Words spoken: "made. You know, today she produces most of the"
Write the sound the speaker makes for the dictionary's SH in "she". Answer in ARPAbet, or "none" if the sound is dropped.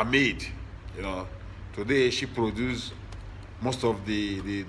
SH